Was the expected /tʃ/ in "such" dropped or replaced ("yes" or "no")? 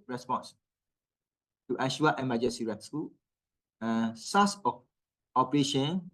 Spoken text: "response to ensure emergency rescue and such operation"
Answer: yes